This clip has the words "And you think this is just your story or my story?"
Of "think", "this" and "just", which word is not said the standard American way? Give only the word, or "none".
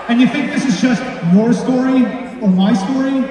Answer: none